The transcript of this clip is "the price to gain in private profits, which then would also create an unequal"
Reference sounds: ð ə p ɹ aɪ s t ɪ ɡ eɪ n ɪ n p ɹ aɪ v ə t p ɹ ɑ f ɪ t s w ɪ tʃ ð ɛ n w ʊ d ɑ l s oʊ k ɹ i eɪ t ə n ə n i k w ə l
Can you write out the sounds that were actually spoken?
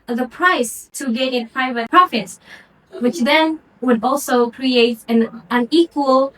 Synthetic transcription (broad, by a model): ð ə p ɹ aɪ s t ɪ ɡ eɪ n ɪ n p ɹ aɪ v ə t p ɹ ɑ f ɪ t s w ɪ tʃ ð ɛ n w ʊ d ɑ l s oʊ k ɹ i eɪ t ə n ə n i k w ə l